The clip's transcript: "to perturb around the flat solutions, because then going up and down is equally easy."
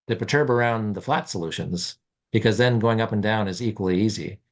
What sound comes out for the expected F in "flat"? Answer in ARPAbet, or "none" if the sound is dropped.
F